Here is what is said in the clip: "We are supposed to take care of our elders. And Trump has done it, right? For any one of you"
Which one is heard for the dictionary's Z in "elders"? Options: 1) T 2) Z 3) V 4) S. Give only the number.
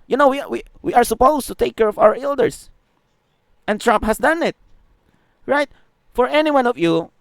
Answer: 4